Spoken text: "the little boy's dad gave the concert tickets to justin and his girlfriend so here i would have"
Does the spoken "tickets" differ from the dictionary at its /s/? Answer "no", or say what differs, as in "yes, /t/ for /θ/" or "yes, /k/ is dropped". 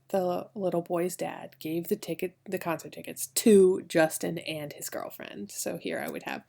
no